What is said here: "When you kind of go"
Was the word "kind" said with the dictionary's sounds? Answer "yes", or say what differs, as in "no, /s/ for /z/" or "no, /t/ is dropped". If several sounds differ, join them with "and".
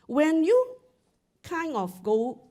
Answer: no, /d/ is dropped